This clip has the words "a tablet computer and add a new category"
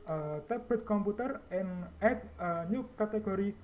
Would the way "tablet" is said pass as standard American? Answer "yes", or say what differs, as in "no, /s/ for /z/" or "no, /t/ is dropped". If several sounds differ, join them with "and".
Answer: no, /l/ is dropped